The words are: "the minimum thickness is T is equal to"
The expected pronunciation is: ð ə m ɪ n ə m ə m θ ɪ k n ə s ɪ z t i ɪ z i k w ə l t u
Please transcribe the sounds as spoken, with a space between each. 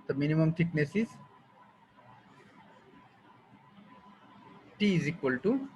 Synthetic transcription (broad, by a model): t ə m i n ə m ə m t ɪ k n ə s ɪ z t i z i k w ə l t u